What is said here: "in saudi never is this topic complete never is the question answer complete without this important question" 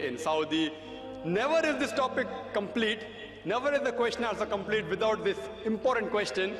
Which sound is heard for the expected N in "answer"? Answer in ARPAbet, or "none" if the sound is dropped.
L